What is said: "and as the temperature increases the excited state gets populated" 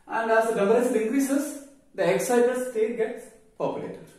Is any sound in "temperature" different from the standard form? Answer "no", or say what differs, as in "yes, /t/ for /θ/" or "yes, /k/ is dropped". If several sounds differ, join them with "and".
yes, /s/ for /tʃ/